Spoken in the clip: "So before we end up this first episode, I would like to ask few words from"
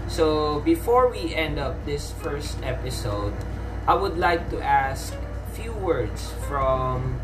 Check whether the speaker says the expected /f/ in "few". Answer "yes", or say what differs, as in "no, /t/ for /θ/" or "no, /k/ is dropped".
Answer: yes